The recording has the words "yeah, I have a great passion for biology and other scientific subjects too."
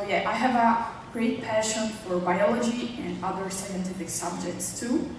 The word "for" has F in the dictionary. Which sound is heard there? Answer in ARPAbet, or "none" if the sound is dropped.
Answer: F